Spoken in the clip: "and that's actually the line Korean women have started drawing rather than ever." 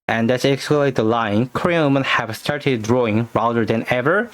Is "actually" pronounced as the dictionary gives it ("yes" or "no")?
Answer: no